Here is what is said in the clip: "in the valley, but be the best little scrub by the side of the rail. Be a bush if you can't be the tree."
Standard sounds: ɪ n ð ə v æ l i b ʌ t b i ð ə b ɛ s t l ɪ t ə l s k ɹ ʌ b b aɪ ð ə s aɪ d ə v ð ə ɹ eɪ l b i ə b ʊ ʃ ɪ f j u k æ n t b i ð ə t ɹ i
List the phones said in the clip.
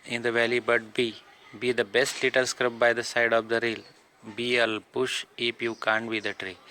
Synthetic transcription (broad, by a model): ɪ n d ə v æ l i b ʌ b b i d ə b ɛ s t l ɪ t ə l s k ɹ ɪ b b aɪ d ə s aɪ d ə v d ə ɹ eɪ l b i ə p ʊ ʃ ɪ p j u k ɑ n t b i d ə t ɹ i